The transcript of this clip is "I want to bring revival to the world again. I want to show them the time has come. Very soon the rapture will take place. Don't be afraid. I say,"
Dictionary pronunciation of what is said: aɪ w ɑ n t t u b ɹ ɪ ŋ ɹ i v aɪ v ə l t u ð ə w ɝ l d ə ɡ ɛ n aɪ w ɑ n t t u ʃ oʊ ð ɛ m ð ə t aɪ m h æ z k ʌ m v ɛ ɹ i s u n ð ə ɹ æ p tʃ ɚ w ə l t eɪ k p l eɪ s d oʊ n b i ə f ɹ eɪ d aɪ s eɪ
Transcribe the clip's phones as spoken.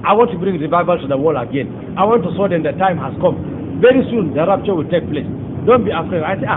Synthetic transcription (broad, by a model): aɪ w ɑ n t t u b ɹ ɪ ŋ ɹ i v aɪ v ə l t u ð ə w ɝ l ə ɡ ɛ n aɪ w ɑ n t t u s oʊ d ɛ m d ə t aɪ m h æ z k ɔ m v ɛ ɹ i s u n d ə ɹ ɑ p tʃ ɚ w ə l t eɪ k p l eɪ s d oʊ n b i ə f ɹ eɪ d aɪ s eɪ